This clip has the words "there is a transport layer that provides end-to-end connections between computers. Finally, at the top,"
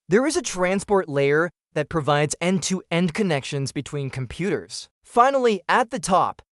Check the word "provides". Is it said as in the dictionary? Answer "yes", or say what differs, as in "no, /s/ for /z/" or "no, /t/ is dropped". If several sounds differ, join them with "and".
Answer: yes